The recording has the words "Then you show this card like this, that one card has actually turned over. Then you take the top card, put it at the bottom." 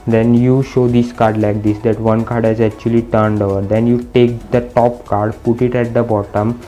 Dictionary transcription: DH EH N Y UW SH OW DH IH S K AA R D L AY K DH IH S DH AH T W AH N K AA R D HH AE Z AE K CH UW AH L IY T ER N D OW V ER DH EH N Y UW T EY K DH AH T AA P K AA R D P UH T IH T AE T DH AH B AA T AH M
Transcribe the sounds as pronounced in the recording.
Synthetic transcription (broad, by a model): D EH N Y UW SH OW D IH S K AA R D L AY K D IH S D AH T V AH N K AA R D HH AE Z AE K CH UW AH L IY T ER N D OW V ER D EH N Y UW T EY K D AH T AA P K AA R D P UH T IH T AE T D AH B AA T AH M